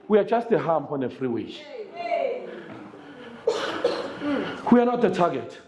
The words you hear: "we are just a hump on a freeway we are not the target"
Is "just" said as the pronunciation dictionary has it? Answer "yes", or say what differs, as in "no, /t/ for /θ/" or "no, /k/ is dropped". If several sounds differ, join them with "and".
yes